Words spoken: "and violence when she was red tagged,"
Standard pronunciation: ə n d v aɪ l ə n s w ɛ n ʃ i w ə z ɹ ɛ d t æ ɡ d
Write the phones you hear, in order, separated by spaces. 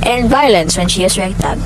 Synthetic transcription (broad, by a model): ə n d v aɪ l ə n s w ɛ n ʃ i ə s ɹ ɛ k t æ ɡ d